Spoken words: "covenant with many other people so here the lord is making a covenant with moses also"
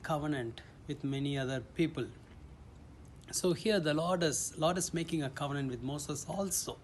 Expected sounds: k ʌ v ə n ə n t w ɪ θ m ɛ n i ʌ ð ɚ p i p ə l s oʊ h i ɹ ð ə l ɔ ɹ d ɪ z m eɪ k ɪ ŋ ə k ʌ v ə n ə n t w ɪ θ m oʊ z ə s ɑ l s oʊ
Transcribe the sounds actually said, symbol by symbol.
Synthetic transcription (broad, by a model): k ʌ v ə n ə n t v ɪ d m ɛ n i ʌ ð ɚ p i p ə l s oʊ h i ɹ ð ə l ɔ l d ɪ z m eɪ k ɪ ŋ ə k ʌ v ə n ə n t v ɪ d m oʊ s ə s ɑ l s oʊ